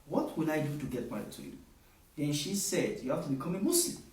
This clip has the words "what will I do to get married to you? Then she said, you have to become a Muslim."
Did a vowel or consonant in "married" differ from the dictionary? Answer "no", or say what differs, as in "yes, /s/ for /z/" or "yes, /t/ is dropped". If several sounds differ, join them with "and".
yes, /ɹ/ is dropped